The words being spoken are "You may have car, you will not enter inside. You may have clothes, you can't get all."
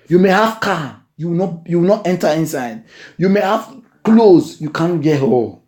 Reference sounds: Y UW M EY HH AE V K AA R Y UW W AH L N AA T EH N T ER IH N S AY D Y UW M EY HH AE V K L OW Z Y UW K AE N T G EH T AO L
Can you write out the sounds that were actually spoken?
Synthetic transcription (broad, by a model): Y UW M EY HH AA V K AA W Y UW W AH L N AA T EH N T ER IH N S AY D Y UW M EY HH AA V K L OW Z Y UW K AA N G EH T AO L